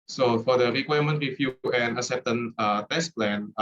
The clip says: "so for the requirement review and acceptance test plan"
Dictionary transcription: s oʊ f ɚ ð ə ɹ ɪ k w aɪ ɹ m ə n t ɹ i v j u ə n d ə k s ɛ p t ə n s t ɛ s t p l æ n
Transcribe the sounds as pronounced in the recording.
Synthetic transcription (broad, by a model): s oʊ f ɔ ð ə ɹ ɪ k w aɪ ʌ m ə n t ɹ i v j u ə n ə s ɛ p t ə n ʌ t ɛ s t p l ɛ n